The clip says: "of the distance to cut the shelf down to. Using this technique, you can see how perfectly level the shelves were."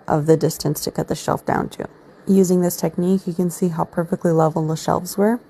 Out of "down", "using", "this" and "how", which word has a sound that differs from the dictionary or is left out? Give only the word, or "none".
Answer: none